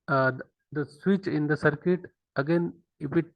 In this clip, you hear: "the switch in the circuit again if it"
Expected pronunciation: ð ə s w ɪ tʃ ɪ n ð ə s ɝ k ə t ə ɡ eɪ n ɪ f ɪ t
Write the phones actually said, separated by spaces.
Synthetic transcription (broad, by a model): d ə s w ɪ tʃ ɪ n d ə s ɝ k ə t ə ɡ eɪ n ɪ p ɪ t